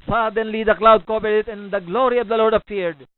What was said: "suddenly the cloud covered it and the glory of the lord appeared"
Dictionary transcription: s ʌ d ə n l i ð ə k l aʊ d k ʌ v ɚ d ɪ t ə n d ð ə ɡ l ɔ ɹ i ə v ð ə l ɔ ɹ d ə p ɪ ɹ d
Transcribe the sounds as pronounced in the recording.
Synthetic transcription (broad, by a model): s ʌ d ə n l i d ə k l aʊ d k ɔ b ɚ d ɪ t ə n d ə ɡ l ɔ ɹ i ə v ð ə l ɔ ɹ d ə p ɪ ɹ d